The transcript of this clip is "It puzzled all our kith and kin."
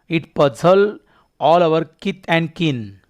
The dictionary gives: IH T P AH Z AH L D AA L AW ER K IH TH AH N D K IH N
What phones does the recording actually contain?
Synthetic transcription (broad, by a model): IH T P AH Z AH L AA L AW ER K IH T AH N D K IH N